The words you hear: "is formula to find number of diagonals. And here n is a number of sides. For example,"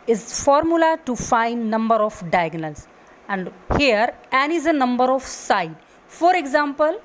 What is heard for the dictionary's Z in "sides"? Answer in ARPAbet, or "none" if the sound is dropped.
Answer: none